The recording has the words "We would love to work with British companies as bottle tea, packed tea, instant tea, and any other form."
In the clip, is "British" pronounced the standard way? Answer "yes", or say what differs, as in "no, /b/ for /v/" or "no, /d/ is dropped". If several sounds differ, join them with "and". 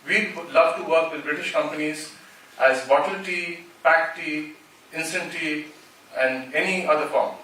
yes